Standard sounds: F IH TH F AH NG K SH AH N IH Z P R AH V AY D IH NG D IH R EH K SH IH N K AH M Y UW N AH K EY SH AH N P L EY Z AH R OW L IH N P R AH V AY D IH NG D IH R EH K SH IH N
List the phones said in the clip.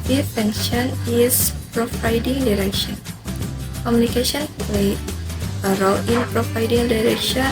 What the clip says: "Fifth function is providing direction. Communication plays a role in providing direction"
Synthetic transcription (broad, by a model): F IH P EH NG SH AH N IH S P R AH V AY D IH NG D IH R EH K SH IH N K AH M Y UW N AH K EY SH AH N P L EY AH R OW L IH N P R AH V AY D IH NG D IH R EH K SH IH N